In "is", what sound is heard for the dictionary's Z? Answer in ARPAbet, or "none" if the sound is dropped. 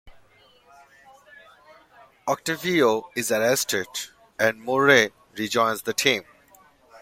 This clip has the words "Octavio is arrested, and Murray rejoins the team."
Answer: Z